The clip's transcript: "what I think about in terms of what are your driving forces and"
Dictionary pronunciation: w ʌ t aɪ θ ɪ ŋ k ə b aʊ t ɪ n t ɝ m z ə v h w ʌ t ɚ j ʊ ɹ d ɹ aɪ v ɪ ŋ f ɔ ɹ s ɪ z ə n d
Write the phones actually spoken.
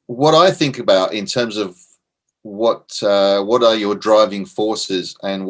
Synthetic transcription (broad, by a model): w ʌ t aɪ θ ɪ ŋ k ə b aʊ t ɪ n t ɝ m z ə v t w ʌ t ɚ j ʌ ɹ d ɹ aɪ v ɪ ŋ f ɔ ɹ s ɪ z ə n